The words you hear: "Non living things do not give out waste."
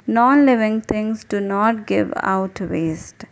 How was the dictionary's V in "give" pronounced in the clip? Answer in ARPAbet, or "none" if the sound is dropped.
V